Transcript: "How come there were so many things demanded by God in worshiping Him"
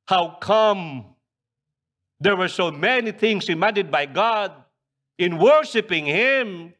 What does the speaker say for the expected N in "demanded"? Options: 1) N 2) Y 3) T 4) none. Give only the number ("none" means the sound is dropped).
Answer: 4